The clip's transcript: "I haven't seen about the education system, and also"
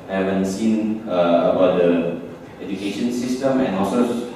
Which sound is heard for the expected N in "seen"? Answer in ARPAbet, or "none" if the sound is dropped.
N